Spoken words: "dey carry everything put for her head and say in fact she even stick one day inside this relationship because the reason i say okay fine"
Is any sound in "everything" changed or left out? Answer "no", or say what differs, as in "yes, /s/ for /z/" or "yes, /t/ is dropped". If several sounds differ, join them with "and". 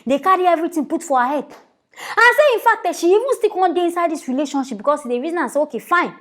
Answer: yes, /t/ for /θ/